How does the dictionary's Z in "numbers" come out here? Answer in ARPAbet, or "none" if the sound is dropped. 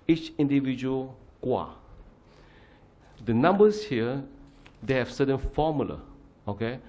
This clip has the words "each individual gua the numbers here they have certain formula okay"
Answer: S